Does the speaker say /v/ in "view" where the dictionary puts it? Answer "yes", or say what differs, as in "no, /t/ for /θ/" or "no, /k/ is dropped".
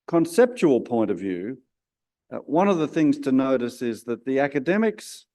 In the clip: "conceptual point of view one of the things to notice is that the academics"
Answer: yes